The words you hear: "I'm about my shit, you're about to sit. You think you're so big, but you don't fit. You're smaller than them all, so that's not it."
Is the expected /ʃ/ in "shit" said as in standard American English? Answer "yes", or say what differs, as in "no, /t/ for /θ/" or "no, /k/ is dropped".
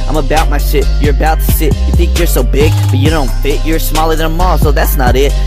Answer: no, /s/ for /ʃ/